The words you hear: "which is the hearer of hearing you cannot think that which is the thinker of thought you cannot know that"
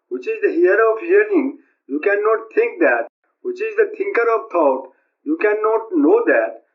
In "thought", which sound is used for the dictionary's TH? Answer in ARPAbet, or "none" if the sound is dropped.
T